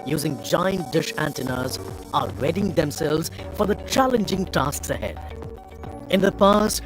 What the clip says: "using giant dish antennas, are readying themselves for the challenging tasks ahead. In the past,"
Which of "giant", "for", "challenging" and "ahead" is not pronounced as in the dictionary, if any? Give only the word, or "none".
none